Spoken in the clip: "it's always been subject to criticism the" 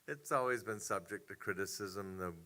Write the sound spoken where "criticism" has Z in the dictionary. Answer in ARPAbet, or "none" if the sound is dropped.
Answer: Z